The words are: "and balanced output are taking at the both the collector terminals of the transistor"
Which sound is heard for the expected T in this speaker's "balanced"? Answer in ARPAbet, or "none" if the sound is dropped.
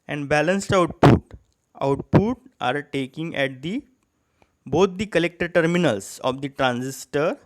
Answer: T